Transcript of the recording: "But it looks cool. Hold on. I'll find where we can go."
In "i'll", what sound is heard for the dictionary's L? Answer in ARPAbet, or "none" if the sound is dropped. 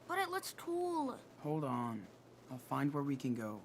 L